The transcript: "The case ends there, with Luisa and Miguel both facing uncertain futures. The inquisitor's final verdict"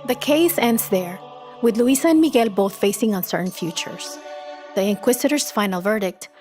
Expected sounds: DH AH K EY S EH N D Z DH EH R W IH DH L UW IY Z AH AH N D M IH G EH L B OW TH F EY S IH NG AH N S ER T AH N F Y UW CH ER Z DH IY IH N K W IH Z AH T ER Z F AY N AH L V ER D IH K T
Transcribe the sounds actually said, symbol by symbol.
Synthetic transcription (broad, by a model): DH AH K EY S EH N D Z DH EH R W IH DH L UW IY S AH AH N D M IH G EH L B OW TH F EY S IH NG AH N S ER T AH N F Y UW CH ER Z DH IY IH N K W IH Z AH T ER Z F AY N AH L V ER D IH K T